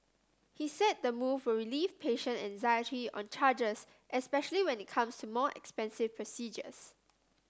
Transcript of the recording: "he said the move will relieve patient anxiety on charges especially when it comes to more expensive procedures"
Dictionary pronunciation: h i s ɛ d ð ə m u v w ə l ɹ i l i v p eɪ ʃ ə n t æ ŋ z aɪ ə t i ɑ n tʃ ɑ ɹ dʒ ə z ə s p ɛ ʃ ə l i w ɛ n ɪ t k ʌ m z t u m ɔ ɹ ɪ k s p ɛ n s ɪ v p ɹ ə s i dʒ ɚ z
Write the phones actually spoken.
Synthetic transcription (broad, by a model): h i s ɛ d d ə m u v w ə ɹ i l i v p eɪ ʃ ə n æ ŋ z aɪ ə t i ɑ n tʃ ɑ dʒ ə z ə s p ɛ ʃ ə l i w ɛ n ɪ t k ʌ m s t u m ɔ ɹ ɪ k s p ɛ n s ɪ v p ɹ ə s i dʒ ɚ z